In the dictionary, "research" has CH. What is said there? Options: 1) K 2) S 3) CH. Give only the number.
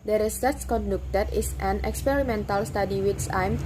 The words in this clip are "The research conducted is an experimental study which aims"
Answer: 2